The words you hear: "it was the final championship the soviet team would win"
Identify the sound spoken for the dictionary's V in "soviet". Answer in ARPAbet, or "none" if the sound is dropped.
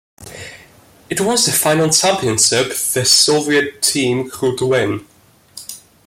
V